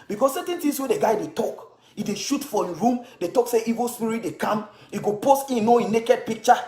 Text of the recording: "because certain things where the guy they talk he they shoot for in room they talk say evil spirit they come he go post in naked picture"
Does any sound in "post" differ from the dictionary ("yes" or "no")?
no